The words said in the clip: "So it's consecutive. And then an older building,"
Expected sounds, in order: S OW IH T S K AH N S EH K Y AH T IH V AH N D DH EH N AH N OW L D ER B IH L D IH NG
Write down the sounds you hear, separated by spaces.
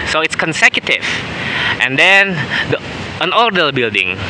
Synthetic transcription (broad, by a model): S OW IH T S K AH N S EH K Y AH T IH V AH N D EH N AH N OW D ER B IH L D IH NG